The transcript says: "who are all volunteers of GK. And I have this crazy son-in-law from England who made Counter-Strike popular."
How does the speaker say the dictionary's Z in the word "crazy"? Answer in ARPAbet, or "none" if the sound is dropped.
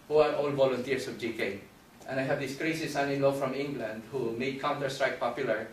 S